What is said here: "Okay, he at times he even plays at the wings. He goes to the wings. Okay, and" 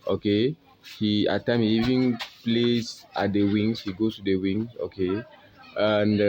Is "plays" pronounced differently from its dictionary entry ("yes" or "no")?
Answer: yes